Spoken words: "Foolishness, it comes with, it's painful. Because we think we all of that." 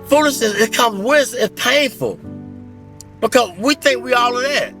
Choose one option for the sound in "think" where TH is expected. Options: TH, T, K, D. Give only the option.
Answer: TH